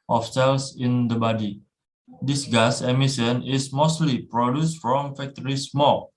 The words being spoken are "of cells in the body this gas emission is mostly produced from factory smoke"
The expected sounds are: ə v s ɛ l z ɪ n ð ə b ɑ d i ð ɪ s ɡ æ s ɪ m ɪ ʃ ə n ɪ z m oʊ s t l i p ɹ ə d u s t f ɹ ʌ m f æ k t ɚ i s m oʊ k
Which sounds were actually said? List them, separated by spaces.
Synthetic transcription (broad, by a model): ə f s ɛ l s ɪ n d ə b ɑ d i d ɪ s ɡ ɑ s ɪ m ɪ s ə n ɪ s m oʊ s t l i p ɹ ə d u s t f ɹ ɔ m f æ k t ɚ i s m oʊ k